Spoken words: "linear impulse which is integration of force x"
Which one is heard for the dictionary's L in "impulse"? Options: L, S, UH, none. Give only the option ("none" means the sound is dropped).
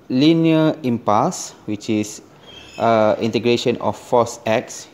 none